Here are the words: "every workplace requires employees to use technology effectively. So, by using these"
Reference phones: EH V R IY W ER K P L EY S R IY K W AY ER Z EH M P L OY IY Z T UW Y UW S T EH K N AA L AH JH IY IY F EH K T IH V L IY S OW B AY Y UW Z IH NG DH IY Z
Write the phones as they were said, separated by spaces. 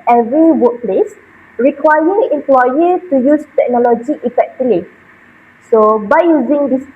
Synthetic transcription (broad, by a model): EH V R IY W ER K P L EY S R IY K W AY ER EH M P L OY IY T UW Y UW S T EH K N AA L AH JH IY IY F EH K T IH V L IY S OW B AY Y UW Z IH NG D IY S